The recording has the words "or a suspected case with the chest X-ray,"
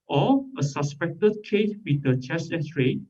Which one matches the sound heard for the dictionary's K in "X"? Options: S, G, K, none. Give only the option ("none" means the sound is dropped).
none